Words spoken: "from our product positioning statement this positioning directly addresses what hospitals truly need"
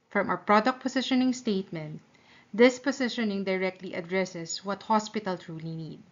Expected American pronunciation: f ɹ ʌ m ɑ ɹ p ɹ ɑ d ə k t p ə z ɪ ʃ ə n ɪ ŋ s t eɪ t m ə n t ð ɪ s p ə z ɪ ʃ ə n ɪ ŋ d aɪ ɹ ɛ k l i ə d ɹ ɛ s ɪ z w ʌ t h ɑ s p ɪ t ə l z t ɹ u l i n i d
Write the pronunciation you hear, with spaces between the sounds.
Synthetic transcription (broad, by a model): f ɹ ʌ m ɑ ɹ p ɹ ɑ d ə k t p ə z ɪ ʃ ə n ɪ ŋ s t eɪ t m ə n t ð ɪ s p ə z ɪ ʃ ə n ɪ ŋ d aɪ ɹ ɛ k l i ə d ɹ ɛ s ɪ s w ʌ t h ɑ s p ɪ t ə l t ɹ u l i n i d